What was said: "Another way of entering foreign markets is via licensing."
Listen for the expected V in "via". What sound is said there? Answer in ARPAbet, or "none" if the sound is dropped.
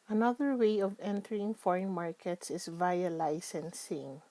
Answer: V